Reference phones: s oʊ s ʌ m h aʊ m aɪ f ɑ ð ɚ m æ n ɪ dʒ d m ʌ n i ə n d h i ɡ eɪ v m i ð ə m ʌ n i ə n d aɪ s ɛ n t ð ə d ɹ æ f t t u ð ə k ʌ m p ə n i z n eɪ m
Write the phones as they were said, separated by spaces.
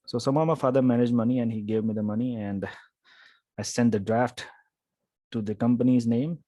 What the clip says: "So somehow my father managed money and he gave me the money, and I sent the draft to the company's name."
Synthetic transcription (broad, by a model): s oʊ s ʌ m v m aɪ f ɑ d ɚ m æ n ɪ dʒ d m ʌ n i ə n d h i ɡ eɪ v m i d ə m ʌ n i ə n d aɪ s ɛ n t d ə d ɹ æ f t t u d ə k ʌ m p ə n i z n eɪ m